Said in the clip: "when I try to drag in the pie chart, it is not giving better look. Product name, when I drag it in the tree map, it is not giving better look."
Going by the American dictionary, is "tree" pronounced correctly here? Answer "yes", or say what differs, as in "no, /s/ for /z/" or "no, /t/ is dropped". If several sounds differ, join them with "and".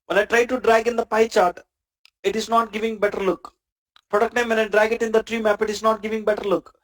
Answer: yes